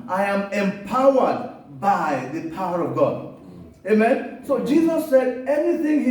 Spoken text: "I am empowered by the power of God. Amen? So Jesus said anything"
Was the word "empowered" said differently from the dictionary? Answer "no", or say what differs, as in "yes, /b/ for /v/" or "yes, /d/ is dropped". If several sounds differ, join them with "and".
no